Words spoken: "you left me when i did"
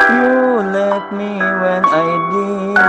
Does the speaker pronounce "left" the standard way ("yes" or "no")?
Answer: no